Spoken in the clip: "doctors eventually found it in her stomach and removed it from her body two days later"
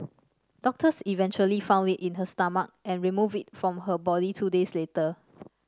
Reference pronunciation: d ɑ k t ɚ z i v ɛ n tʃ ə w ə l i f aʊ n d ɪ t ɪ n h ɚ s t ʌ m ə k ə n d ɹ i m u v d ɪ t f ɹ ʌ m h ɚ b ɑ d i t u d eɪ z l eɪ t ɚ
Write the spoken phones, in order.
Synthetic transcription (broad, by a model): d ɑ k t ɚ s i v ɛ n tʃ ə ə l i f aʊ n d ɪ t ɪ n h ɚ s t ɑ m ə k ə n ɹ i m u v ɪ t f ɹ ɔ m h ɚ b ɑ d i t u d eɪ s l eɪ t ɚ